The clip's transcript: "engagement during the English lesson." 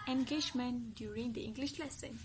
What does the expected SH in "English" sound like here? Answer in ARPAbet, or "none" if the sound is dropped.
SH